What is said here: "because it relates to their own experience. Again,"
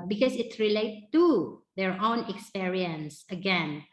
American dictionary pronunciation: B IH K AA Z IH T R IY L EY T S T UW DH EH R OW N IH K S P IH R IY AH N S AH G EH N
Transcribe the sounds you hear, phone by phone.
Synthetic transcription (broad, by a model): B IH K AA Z IH T R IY L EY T T UW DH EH R OW N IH K S P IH R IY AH N S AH G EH N